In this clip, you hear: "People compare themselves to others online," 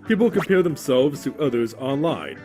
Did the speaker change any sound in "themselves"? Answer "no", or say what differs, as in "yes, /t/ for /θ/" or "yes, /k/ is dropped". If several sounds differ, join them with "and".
no